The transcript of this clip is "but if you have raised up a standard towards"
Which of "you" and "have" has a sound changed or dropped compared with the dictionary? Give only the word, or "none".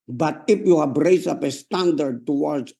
have